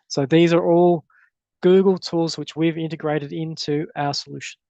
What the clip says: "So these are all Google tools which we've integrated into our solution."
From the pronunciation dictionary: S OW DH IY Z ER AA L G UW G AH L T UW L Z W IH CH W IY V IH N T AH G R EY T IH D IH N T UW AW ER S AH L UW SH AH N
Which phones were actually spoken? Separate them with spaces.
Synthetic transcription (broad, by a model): S OW DH IY Z ER AA L G UW G AH L T UW L Z W IH CH W IY V IH N T AH G R EY T IH D IH N T UW AW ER S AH L UW SH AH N